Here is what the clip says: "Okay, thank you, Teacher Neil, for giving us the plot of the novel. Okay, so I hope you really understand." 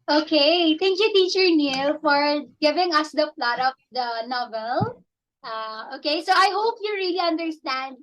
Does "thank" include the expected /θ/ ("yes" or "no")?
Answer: no